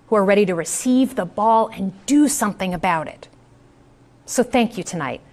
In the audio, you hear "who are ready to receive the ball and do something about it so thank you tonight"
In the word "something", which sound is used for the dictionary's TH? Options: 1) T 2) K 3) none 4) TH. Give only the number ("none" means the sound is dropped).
4